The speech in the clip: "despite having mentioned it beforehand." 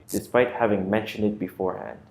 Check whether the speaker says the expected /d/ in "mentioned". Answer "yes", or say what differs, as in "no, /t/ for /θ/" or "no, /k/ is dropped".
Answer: yes